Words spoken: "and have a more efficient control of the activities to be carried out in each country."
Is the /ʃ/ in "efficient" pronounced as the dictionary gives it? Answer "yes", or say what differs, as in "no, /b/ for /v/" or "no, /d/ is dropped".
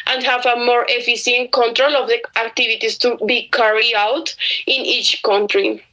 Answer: no, /s/ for /ʃ/